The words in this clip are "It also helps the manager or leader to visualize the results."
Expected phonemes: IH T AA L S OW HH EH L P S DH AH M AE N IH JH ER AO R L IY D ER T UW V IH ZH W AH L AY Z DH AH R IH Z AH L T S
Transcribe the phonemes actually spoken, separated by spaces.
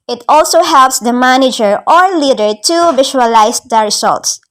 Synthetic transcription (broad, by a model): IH T AA L S OW HH EH L P S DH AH M AE N IH JH ER AO R L IY D ER T UW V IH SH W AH L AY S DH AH R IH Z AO L T S